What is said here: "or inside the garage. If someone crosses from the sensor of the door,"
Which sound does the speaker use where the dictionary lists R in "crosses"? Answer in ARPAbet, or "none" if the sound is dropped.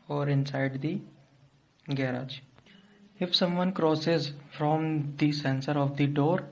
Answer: R